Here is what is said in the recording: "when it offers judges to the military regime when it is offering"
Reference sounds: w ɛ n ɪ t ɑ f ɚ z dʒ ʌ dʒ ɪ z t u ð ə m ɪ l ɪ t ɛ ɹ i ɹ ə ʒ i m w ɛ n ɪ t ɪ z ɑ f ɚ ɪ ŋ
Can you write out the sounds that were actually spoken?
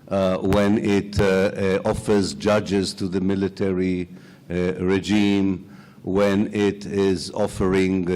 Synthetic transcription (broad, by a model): w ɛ n ɪ t ɑ f ɚ z dʒ ʌ dʒ ɪ z t u ð ə m ɪ l ɪ t ɛ ɹ i ɹ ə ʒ i m w ɛ n ɪ t ɪ z ɑ f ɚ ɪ ŋ